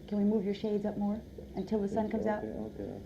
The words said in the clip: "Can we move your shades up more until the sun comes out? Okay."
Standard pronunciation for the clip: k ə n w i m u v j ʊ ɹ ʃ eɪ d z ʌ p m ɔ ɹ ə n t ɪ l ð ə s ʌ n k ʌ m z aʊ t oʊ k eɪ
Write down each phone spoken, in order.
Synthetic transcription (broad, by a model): k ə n w i m u v j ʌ ɹ ʃ eɪ d z ʌ p m ɔ ɹ ə n t ɪ l ð ə s ʌ n k ʌ m z aʊ t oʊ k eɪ